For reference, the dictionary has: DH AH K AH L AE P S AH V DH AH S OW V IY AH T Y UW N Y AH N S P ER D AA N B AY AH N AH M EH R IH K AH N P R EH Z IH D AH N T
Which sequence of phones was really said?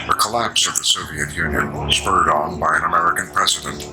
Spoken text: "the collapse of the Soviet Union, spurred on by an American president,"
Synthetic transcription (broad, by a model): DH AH K AH L AE P S AH V DH AH S OW V IY AH T Y UW N Y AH N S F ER D N B AY AH N AH M EH R IH K AH N P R EH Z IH D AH N T